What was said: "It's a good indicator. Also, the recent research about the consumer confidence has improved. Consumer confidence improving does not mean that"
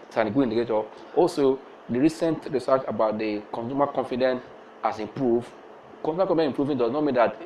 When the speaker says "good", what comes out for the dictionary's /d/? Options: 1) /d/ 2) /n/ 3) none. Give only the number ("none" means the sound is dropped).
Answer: 3